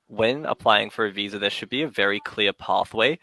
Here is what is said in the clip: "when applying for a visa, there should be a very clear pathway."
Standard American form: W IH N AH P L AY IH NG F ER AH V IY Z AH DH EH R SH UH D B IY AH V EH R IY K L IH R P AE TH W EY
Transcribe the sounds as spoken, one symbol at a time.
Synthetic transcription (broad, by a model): W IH N AH P L AY IH NG F ER AH V IY Z AH DH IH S SH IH D B IY AH V EH R IY K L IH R P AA TH W EY